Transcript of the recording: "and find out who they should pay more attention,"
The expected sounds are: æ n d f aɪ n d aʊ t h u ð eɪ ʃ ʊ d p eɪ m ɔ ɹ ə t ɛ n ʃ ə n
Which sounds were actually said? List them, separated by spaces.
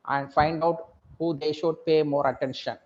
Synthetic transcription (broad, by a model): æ n d f aɪ n d aʊ t h u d eɪ ʃ ʊ d p eɪ m ɔ ɹ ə t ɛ n ʃ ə n